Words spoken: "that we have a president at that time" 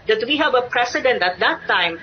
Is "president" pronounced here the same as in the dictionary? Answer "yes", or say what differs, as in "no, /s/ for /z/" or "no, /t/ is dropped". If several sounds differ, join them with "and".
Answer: no, /s/ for /z/